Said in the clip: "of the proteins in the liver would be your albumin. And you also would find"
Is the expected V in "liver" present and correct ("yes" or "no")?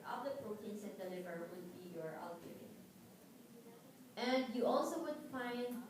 yes